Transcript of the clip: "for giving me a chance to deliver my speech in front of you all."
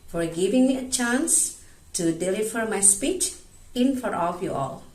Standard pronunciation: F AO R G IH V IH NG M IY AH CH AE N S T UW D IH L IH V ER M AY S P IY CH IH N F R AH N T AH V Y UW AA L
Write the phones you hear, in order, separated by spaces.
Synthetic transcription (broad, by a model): F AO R G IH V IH NG M IY AH CH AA N S T UW D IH L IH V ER M AY S P IY CH IH N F AH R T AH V Y UW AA L